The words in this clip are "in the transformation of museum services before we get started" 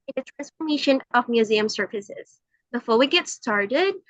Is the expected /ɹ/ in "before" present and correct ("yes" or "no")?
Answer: no